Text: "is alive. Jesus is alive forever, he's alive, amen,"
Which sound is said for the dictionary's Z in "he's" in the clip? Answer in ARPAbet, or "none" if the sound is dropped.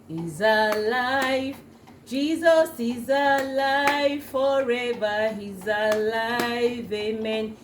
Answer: Z